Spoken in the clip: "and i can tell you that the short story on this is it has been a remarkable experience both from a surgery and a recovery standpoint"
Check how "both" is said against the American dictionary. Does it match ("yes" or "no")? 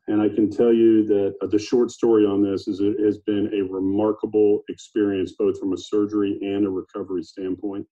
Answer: yes